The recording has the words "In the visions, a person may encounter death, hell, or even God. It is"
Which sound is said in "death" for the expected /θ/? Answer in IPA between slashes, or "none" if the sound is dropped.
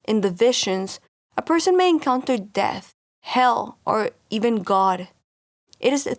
/θ/